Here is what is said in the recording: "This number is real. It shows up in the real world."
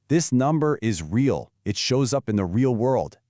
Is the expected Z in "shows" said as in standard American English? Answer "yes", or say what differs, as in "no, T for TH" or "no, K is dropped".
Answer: yes